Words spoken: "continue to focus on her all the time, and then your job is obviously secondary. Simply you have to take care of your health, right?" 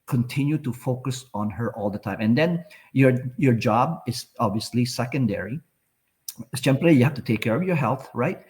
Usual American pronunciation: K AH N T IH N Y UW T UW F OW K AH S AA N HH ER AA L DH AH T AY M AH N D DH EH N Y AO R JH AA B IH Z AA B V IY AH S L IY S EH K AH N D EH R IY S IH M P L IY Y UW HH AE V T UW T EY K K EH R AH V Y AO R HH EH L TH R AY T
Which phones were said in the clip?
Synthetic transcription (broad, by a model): K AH N T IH N Y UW T UW F OW K AH S AA N HH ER AA L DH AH T AY M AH N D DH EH N Y AO R JH AA B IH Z AA B V IY AH S L IY S EH K AH N D EH R IY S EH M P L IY Y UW HH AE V T UW T EY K K EH R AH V Y AO R HH EH L TH R AY T